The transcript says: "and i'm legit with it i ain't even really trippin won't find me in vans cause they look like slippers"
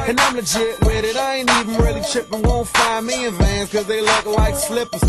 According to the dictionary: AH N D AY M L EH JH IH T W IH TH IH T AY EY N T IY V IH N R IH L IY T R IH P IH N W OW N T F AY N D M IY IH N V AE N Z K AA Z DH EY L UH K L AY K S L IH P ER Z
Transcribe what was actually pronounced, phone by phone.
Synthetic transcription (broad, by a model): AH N AY M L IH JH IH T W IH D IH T AY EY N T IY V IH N R IH L IY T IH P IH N W OW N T F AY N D M IY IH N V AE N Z K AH Z DH EY L UH K L AY K S L IH P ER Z